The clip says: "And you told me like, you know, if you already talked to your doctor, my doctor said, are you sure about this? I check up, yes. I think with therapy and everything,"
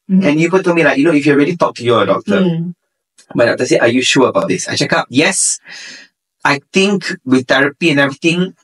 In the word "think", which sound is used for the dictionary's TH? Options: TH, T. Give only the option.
T